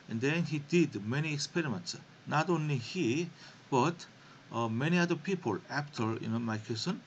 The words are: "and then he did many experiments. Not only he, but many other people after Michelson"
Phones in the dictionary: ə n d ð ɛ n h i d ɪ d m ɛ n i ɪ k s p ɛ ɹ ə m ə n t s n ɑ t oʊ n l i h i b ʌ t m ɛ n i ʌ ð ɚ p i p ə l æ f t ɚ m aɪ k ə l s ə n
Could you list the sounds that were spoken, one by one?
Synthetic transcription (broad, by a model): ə n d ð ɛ n h i d ɪ d m ɛ n i ɪ k s p ɛ ɹ ə m ə n t s n ɑ t oʊ n l i h i b ʌ t m ɛ n i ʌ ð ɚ p i p ə l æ p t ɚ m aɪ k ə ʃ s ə n